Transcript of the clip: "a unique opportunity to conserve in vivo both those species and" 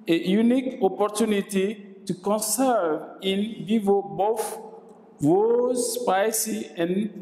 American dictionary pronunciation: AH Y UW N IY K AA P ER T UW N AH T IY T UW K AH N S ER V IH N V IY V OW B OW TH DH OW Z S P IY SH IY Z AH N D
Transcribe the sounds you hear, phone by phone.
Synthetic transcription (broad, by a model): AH Y UW N IY K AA P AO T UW N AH T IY T UW K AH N S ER V IH N V IY V OW B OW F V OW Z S P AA S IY AH N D